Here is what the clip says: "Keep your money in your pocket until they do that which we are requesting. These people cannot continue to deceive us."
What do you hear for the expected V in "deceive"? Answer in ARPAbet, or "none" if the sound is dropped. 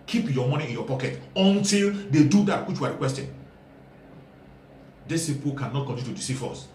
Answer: F